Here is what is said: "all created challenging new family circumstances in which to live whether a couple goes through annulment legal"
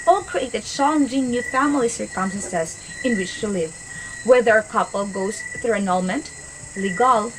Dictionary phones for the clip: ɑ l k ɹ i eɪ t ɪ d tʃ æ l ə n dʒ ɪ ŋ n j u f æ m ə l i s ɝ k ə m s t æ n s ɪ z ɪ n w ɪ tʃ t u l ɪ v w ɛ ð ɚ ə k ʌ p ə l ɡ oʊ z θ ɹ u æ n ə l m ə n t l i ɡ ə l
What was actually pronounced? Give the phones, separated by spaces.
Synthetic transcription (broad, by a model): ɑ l k ɹ i eɪ t ɪ d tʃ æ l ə n dʒ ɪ ŋ n j u f æ m ə l i s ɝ k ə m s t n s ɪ s ɪ n w ɪ tʃ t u l ɪ v w ɛ ð ɚ ə k ʌ p ə l ɡ oʊ s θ ɹ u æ n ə l m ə n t l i ɡ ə l